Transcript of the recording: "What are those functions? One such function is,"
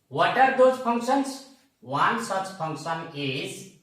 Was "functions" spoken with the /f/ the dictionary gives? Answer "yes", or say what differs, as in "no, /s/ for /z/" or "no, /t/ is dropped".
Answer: no, /p/ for /f/